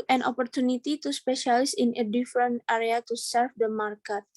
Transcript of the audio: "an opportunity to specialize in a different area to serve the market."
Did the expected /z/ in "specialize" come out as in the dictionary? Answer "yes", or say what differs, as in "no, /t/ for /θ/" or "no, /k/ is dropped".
no, /s/ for /z/